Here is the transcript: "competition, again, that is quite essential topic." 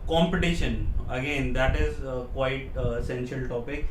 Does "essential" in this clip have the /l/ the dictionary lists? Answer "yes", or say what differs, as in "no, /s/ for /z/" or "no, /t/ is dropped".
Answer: yes